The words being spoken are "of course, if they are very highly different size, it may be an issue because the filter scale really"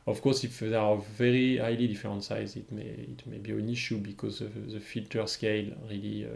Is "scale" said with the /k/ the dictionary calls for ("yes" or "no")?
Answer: yes